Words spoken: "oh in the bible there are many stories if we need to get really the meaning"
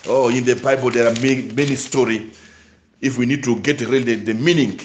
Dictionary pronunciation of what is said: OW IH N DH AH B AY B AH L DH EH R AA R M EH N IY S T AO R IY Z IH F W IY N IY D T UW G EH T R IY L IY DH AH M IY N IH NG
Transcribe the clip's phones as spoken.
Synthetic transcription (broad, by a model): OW IH N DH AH B AY B AH L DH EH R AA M M EH N IY S T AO R IY IH F W IY N IY D T UW G EH T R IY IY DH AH M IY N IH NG